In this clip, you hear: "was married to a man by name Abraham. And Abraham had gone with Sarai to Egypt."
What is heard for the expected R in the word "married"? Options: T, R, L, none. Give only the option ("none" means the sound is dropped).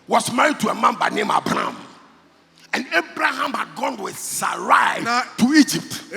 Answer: R